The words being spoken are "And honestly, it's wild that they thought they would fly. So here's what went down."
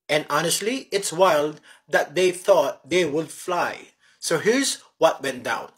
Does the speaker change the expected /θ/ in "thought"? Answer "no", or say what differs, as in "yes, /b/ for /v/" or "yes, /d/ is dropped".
no